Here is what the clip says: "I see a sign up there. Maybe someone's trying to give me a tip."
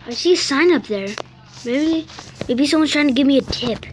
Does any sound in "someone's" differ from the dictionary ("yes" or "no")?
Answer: yes